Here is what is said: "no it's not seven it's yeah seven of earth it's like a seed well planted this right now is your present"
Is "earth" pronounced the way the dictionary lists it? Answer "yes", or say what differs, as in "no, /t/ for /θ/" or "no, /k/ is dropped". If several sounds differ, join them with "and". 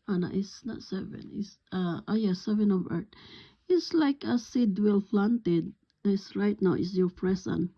no, /t/ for /θ/